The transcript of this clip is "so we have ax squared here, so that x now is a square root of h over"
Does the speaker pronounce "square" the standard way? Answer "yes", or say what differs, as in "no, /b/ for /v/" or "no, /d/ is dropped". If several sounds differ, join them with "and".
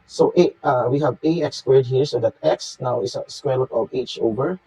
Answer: yes